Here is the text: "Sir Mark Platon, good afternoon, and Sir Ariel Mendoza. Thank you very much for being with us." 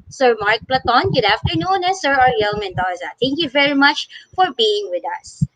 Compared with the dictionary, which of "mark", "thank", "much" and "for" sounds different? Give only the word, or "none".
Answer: thank